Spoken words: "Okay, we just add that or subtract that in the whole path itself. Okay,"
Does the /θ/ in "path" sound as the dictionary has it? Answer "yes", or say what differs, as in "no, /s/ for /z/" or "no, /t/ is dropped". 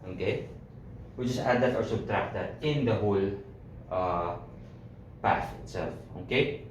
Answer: no, /s/ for /θ/